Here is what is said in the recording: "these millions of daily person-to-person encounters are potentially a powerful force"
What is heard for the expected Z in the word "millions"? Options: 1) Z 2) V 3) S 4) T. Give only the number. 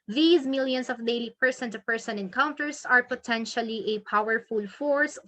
3